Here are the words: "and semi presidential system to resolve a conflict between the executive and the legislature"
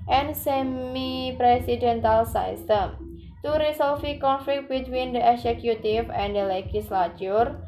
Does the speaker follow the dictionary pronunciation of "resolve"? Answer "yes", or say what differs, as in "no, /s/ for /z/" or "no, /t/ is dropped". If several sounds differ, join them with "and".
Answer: no, /s/ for /z/ and /f/ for /v/